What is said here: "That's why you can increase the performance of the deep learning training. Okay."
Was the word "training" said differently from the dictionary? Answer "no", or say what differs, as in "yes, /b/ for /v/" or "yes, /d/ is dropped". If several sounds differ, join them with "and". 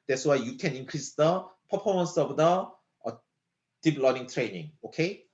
no